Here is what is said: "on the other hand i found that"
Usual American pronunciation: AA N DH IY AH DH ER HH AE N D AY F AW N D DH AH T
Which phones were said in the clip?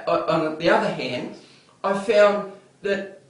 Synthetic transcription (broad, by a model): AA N DH IY AH DH ER HH AE N D AY F AW N DH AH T